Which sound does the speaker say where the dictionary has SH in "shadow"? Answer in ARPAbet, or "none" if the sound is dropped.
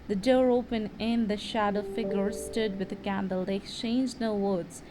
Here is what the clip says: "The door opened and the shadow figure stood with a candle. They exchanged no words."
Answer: SH